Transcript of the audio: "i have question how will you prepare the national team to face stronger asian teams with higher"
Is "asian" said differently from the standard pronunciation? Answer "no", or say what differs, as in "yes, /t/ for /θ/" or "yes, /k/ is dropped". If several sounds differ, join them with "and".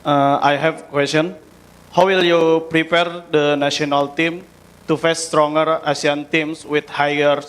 yes, /s/ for /ʒ/